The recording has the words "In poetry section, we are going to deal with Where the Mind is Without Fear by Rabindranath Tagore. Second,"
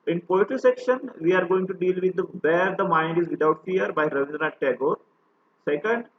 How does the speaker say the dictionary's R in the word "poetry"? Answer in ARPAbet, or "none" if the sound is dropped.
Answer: none